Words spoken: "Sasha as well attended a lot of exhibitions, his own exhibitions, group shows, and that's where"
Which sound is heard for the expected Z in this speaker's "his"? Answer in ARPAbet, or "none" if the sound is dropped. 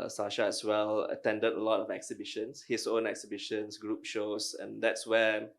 S